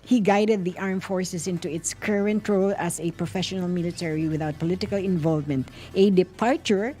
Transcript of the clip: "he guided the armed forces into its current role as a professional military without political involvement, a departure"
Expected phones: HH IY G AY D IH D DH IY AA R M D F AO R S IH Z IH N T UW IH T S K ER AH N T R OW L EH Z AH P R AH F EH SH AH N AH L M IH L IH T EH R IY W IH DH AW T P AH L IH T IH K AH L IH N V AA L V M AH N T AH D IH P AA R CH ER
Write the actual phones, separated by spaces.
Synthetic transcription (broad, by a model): HH IY G AY D IH D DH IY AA R M F AO R S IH S IH N T UW IH T S K ER AH N T R OW L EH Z AH P R AH F EH SH AH N AH L M IH L IH T EH R IY W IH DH AW T P AH L IH T IH K AH L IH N V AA L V M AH N T AH D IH P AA R CH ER